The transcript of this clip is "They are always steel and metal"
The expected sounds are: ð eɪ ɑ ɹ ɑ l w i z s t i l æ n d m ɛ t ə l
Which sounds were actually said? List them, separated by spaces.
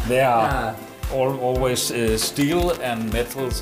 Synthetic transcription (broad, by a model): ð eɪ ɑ l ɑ l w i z s t i l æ n m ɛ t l